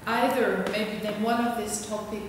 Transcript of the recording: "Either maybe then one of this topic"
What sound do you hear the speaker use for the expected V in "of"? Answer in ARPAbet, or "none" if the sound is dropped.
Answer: V